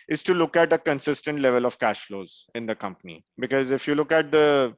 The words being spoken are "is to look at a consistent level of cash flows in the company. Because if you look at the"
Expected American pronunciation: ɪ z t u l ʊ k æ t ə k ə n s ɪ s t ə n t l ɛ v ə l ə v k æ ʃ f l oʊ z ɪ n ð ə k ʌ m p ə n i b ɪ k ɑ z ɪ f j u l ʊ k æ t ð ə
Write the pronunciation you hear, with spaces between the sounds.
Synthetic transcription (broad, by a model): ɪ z t u l ʊ k æ t ə k ə n s ɪ s t ə n t l ɛ v ə l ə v k æ ʃ f l oʊ z ɪ n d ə k ʌ m p ə n i b ɪ k ɑ z ɪ f j u l ʊ k æ t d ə